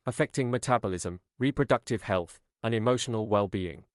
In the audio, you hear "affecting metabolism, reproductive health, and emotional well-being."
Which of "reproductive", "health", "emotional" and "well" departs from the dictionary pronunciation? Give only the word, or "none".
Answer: none